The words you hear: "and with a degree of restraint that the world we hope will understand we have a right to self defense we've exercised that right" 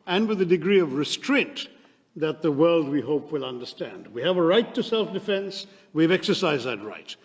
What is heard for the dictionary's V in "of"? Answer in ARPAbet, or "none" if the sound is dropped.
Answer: V